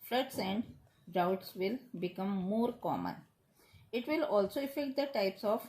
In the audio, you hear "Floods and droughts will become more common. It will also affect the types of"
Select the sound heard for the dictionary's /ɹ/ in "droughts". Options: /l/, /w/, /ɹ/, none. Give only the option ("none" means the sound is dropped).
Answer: none